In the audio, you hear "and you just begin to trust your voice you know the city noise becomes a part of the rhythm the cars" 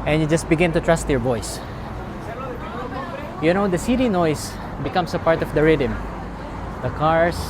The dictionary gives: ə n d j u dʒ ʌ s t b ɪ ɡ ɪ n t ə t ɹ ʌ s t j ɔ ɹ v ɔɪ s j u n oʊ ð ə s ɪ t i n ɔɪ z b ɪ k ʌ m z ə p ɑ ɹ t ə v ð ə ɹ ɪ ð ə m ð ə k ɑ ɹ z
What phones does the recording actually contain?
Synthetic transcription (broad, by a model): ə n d j u dʒ ʌ s t b ɪ ɡ ɪ n t ə t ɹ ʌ s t j ɔ ɹ b ɔɪ s j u n oʊ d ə s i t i n ɔɪ s b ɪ k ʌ m s ə p ɑ ɹ t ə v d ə ɹ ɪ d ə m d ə k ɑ ɹ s